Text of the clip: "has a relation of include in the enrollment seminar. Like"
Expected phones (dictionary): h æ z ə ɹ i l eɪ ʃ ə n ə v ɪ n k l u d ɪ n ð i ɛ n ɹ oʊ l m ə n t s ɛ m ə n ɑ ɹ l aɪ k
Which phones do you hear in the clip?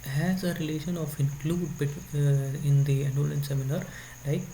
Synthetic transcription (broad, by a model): h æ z ə ɹ i l eɪ ʃ ə n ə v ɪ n k l u d ɪ n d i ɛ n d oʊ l ə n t s ɛ m ə n ɑ ɹ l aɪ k